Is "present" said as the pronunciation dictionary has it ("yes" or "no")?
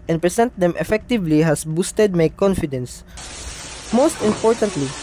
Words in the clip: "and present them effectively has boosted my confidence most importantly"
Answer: no